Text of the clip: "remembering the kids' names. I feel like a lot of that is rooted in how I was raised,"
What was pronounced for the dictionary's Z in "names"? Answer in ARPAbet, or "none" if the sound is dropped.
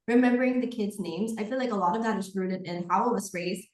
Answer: Z